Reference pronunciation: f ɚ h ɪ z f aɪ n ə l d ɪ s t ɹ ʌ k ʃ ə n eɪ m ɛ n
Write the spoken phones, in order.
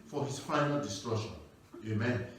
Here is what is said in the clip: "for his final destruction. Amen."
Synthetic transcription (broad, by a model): f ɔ h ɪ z f aɪ n ə l d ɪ s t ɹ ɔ ʃ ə n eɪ m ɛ n